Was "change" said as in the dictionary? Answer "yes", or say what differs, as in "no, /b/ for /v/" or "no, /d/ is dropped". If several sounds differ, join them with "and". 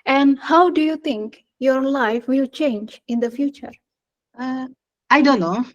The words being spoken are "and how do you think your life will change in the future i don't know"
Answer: yes